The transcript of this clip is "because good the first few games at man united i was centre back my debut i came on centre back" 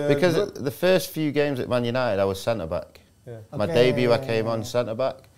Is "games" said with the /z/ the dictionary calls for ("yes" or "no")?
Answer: yes